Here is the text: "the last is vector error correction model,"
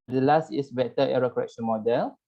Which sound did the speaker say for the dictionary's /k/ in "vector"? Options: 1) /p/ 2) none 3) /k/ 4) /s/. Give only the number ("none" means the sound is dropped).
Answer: 2